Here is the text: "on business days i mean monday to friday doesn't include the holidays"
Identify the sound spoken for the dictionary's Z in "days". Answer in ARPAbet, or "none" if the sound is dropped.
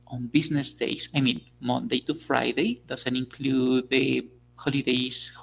S